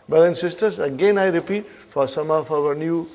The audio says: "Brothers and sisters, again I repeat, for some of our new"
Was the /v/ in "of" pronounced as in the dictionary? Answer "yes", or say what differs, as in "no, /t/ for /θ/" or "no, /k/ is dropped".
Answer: no, /f/ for /v/